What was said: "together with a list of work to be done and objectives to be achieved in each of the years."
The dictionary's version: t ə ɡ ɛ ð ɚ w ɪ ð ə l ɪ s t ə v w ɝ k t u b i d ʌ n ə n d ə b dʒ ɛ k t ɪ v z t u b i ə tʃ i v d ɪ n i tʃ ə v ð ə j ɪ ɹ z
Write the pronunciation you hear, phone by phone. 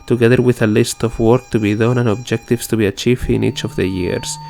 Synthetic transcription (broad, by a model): t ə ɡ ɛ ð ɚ w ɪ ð ə l ɪ s t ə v w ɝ k t u b i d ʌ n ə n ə b dʒ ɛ k t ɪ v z t u b i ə tʃ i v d ɪ n i tʃ ə v ð ə j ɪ ɹ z